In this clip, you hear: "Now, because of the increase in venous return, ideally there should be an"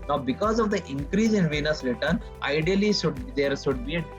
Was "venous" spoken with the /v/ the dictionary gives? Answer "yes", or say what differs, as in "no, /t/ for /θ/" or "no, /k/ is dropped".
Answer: yes